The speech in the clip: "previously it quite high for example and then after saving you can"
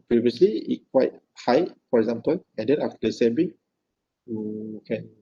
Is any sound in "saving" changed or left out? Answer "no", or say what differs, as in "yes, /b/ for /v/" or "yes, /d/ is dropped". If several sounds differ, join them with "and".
yes, /b/ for /v/